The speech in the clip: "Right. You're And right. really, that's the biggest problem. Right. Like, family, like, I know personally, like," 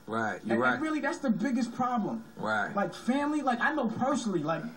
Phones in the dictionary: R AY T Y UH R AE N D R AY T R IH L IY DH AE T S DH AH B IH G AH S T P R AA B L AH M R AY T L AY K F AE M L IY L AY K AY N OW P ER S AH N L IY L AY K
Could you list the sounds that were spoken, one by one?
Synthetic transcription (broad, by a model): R AY T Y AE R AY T R IH L IY DH AE T S DH AH B IH G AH S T P R AA B L AH M R AY T L AY K F AE M L IY L AY K AY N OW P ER AH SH L IY L AY K